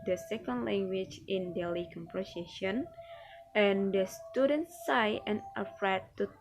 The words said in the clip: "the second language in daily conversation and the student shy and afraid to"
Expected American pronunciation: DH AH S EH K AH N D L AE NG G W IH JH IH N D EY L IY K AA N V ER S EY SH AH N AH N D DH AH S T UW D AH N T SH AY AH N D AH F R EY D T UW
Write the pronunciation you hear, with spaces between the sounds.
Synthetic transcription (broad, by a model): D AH S EH K AH N D L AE NG G W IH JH IH N D EY L IY K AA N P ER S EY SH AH N AH N D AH S T UW D AH N T S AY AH N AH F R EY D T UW